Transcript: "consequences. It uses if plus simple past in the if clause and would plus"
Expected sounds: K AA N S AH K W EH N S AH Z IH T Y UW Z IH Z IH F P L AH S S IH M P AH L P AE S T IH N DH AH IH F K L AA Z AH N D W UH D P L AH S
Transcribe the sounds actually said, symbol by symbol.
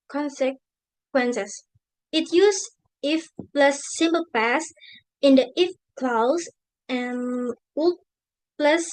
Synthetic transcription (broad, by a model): K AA N S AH K W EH N S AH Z IH T Y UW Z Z IH F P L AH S S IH M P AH L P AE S IH N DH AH IH F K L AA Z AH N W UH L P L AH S